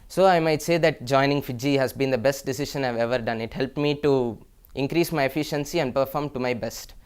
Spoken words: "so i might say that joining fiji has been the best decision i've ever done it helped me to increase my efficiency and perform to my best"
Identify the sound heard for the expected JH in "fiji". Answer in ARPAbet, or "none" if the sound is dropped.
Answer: JH